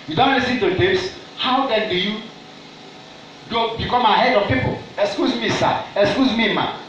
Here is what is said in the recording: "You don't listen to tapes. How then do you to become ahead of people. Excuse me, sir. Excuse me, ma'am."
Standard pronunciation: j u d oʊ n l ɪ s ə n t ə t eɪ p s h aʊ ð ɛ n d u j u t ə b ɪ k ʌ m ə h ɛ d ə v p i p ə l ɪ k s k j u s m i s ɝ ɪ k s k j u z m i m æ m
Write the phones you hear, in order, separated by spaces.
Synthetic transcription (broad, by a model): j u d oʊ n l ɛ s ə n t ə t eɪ s h aʊ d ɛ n d u j u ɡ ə b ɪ k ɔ m ə h ɛ d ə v p i p ə l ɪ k s k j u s m i s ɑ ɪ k s k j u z m i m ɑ